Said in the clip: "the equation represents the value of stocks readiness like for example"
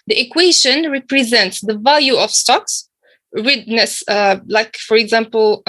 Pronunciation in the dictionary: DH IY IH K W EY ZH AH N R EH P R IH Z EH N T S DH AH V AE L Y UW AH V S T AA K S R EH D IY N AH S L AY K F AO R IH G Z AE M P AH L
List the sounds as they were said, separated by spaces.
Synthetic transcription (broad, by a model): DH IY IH K W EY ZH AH N R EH P R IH Z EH N T S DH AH V AE L Y UW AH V S T AA K S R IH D N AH S L AY K F AO R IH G Z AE M P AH L